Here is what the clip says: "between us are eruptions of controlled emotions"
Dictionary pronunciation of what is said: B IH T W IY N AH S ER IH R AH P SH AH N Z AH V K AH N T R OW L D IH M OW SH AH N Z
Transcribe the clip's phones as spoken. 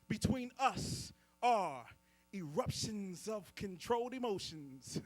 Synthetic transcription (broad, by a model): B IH T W IY N AH S ER IH R AH P SH AH N Z AH V K AH N T R OW L D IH M OW SH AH N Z